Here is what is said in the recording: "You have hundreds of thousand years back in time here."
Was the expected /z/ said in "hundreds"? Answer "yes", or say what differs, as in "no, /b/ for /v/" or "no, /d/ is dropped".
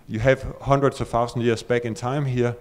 no, /s/ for /z/